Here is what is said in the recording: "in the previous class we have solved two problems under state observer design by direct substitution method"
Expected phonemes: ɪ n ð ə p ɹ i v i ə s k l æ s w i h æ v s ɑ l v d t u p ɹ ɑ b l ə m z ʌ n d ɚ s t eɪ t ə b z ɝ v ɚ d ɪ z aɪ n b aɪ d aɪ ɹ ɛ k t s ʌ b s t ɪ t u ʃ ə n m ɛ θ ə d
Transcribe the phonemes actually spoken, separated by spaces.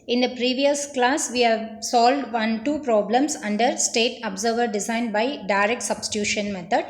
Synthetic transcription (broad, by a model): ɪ n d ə p ɹ i v i ə s k l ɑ s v i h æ v s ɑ l v d t u p ɹ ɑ b l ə m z ʌ n d ɚ s t eɪ t ə b z ɝ v ɚ d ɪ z aɪ n b aɪ d aɪ ɹ ɛ k t s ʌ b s t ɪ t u ʃ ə n m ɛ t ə d